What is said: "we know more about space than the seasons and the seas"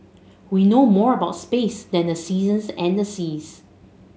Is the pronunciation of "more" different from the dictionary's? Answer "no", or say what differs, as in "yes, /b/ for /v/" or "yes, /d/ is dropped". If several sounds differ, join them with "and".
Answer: no